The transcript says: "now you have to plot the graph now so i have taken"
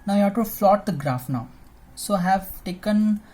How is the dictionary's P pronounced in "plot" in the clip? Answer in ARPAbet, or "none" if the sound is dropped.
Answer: F